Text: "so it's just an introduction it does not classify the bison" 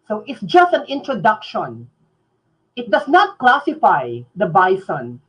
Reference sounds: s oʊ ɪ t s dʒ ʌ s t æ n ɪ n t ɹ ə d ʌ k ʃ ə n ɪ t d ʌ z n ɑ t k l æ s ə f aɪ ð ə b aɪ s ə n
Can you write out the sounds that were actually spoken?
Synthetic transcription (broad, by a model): s oʊ ɪ t s dʒ ʌ s t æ n ɪ n t ɹ ə d ʌ k ʃ ə n ɪ t d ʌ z n ɑ t k l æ s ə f aɪ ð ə b aɪ s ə n